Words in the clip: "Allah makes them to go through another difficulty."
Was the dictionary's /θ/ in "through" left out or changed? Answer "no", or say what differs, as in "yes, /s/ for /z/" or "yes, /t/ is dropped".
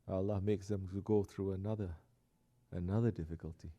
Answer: no